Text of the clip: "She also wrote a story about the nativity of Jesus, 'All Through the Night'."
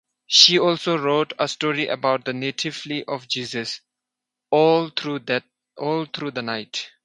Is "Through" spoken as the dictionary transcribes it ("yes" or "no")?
no